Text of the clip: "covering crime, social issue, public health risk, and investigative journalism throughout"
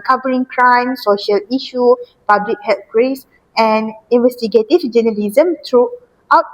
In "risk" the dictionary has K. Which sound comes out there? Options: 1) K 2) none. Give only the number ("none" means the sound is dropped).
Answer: 2